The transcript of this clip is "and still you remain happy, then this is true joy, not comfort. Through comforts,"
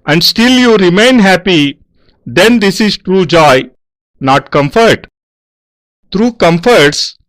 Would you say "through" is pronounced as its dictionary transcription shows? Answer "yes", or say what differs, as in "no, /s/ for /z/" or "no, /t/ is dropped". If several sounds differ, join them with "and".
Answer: no, /t/ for /θ/